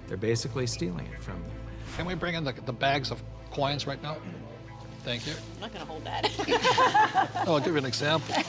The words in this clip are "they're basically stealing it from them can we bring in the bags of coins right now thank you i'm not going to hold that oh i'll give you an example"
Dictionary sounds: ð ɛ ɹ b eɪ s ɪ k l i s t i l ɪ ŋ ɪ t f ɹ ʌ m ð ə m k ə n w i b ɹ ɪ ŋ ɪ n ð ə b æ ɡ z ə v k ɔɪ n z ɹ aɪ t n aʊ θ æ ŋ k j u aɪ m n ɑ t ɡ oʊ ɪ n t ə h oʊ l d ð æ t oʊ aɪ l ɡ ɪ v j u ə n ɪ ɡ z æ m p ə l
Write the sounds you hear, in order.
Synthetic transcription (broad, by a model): ð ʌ ɹ b eɪ s ɪ k l i s t i l ɪ ŋ ɪ t f ɹ ʌ m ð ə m k ə n w i b ɹ ɪ ŋ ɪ n ð ə b æ ɡ z ə v k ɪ n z ɹ aɪ t n aʊ θ æ ŋ k j u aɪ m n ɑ t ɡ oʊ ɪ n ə h oʊ l d ð æ t oʊ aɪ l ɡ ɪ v j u ə n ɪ ɡ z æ m p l